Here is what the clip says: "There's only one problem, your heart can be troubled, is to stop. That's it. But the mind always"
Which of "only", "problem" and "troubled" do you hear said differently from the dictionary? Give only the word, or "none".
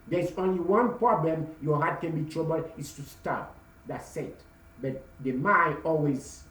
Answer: troubled